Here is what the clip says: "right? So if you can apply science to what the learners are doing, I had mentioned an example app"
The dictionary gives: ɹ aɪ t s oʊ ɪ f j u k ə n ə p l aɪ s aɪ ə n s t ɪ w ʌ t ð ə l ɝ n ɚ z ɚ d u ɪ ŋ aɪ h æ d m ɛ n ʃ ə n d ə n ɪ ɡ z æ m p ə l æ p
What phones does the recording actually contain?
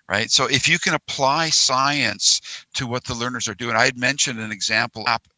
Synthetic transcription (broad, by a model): ɹ aɪ t s oʊ ɪ f j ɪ k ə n ə p l aɪ s aɪ ə n s t ɪ w ʌ t ð ə l ɝ n ɚ z ɚ d u ɪ ŋ aɪ d m ɛ n ʃ ə n d ə n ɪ ɡ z æ m p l p